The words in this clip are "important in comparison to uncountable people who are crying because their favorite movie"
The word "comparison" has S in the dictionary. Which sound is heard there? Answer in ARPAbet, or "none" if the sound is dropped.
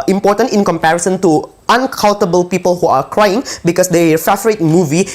S